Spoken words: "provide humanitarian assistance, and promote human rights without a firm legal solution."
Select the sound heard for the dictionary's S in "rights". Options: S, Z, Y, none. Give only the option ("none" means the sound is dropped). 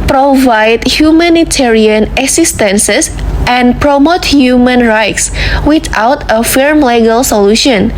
S